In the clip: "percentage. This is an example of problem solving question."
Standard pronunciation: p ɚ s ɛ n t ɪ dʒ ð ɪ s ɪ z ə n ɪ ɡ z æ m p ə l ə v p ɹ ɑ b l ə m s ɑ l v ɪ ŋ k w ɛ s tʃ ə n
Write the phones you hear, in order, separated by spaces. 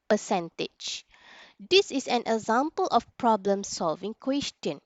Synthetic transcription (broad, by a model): p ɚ s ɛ n t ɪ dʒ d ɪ s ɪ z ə n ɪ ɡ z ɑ m p ə l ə f p ɹ ɑ b l ə m s ɑ l v ɪ ŋ k w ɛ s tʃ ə n